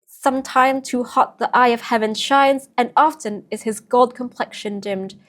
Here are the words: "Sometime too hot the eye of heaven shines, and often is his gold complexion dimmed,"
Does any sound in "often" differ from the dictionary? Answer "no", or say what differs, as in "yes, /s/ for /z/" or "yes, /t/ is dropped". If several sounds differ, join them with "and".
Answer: no